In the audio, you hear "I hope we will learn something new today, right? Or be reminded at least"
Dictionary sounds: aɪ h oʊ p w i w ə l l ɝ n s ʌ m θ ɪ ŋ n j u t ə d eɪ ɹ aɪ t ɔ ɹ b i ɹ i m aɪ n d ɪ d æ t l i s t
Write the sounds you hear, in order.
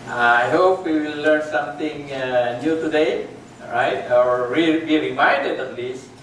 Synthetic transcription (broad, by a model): aɪ h oʊ p w i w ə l l ɝ n s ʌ m t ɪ ŋ n j u t ə d eɪ ɹ aɪ t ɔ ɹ b i ɹ i m aɪ n d ɪ d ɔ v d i s